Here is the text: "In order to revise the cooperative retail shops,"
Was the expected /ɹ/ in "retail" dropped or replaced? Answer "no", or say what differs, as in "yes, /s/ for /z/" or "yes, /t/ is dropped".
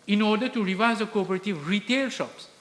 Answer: no